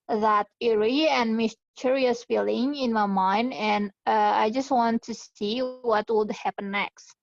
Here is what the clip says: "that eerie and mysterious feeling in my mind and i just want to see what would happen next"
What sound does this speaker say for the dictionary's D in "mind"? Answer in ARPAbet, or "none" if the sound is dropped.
D